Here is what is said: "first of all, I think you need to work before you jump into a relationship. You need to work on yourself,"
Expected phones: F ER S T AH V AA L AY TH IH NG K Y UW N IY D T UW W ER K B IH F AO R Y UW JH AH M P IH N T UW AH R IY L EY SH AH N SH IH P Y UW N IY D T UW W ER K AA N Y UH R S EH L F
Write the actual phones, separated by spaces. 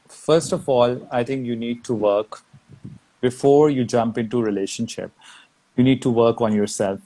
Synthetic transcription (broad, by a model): F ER S T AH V AA L AY T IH NG K Y UW N IY D T UW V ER K B IH F AO R Y UW JH AH M P IH N T UW R IY L EY SH AH N SH IH P Y UW N IY D T UW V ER K AA N Y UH R S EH L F